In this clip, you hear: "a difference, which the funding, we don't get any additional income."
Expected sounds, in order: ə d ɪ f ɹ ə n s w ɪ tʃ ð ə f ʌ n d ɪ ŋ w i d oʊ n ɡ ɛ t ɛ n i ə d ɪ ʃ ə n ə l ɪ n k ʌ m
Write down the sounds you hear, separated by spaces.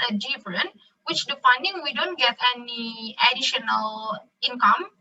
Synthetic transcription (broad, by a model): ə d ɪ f ɹ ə n w ɪ tʃ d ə f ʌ n d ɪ ŋ w i d oʊ n ɡ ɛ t ɛ n i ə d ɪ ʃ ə n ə l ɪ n k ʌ m